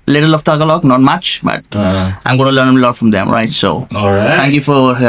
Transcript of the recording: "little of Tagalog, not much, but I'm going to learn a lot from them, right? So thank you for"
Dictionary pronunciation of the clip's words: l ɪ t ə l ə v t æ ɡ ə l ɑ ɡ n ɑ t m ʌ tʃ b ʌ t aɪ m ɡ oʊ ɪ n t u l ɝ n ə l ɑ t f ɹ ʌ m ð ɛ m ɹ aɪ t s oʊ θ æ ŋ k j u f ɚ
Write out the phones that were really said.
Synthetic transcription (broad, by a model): l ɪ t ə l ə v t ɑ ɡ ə l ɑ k n ɑ t m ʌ tʃ b ʌ t aɪ m ɡ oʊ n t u l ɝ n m l ɑ t f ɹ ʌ m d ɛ m ɹ aɪ t s oʊ t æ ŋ k j u f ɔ